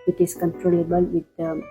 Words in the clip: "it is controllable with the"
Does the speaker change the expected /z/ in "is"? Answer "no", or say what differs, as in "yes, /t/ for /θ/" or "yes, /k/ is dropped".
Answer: yes, /s/ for /z/